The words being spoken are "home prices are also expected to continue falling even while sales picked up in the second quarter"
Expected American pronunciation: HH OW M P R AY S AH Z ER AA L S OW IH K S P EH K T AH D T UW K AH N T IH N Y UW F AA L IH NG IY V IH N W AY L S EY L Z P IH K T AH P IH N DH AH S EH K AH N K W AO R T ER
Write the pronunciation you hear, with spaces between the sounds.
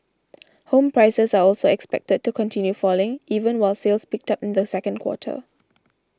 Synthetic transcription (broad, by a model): HH OW M P R AY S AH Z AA AA L S OW IH K S P EH K T AH D T UW K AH N T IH N Y UW F AA L IH NG IY V IH N W AY L S EY L S P IH K T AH P IH N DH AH S EH K AH N K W AO T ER